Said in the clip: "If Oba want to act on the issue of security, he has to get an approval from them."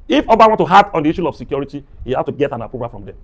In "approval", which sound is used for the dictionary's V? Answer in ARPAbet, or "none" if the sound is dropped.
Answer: P